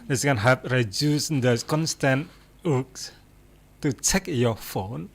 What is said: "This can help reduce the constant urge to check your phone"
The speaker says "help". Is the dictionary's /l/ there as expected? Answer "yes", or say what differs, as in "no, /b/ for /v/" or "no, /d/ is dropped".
no, /l/ is dropped